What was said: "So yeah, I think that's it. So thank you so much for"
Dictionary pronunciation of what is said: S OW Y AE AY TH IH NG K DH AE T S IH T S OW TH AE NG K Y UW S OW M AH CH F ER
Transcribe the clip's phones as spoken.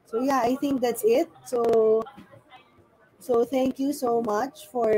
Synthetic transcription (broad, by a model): S OW Y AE AY T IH NG K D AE T S IH T S OW S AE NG K Y UW S OW M AH CH F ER